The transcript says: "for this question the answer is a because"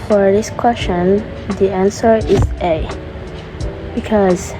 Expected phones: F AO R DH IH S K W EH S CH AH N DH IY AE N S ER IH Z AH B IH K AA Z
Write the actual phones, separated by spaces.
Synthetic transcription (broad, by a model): F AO R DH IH S K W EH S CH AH N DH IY AE N S ER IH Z AH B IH K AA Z